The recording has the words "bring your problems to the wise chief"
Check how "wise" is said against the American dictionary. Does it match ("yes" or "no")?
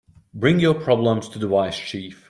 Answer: no